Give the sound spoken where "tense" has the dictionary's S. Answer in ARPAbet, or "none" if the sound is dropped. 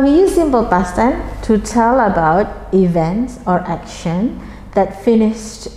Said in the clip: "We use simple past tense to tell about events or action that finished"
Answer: none